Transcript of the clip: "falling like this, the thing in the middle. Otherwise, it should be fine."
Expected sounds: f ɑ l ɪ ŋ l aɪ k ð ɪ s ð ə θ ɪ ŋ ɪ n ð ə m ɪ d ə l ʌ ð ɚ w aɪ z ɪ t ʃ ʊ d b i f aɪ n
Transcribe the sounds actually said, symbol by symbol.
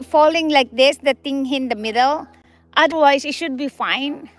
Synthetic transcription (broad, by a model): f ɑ l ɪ ŋ l aɪ k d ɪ s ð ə t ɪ ŋ ɪ n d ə m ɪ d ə l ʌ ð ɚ w aɪ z ɪ t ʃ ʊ d b i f aɪ n